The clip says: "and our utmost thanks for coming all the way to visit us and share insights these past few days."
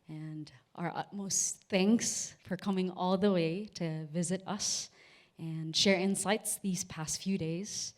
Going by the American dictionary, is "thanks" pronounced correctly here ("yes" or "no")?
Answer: yes